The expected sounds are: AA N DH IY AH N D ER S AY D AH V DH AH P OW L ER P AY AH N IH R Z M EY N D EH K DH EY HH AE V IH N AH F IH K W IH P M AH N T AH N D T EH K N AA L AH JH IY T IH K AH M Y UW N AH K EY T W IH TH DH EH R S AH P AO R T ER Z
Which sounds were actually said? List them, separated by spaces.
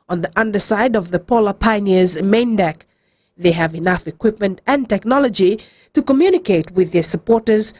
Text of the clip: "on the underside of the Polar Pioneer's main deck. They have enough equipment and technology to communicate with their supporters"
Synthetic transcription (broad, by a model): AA N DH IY AH N D ER S AY D AH V DH AH P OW L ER P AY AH N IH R Z M EY N D EH K DH EY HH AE V IH N AH F IH K W IH P M AH N T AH N T EH K N AA L AH JH IY T IH K AH M Y UW N AH K EY T W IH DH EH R S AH P AO R T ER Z